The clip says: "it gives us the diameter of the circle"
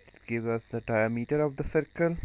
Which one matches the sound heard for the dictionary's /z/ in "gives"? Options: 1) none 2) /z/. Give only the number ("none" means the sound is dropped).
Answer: 1